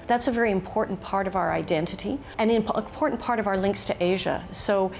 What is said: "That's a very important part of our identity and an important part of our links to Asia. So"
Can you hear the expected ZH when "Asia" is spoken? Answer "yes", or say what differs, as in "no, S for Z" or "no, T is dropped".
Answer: yes